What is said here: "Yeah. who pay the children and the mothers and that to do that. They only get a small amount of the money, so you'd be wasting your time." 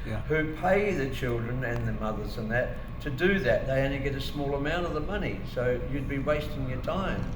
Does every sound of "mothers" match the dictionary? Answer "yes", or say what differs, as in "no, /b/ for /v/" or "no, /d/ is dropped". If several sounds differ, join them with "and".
yes